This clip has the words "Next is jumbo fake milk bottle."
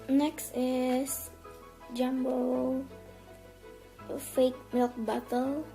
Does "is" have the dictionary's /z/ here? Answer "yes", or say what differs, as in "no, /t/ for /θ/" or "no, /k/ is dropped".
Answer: no, /s/ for /z/